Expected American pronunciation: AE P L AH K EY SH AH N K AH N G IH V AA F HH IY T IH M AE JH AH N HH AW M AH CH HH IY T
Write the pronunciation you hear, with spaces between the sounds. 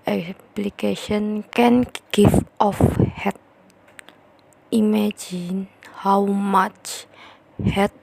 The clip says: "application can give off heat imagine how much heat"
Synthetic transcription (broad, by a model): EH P L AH K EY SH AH N K AH N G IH F AA F HH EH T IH M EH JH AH N HH AW M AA CH HH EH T